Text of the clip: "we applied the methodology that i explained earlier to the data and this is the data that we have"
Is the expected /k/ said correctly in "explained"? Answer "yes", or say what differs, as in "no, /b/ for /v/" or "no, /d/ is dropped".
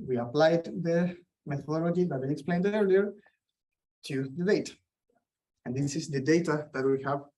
yes